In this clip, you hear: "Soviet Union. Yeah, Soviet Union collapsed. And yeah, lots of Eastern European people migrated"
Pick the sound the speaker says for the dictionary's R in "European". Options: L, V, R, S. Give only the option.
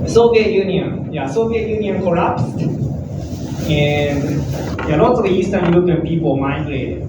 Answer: L